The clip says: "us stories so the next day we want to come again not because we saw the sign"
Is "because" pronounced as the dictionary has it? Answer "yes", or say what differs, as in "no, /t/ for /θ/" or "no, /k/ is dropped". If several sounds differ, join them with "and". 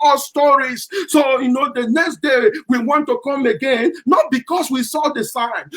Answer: no, /s/ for /z/